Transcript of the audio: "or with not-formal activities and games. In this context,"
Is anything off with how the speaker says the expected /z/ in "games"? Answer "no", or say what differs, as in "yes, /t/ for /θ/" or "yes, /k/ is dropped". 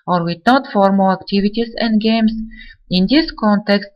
yes, /s/ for /z/